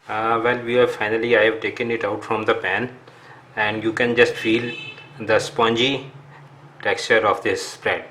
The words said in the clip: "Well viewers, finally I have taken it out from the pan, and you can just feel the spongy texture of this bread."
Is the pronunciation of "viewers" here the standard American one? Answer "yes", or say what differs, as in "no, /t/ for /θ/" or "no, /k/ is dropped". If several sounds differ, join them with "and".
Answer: no, /z/ is dropped